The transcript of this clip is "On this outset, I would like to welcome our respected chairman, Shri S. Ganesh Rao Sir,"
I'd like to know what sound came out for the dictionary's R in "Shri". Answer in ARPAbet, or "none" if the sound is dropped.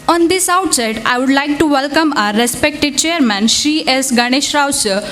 none